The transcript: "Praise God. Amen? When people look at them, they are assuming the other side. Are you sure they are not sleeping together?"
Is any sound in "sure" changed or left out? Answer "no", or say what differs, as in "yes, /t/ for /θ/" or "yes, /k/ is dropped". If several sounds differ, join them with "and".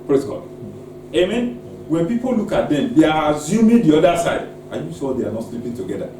yes, /s/ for /ʃ/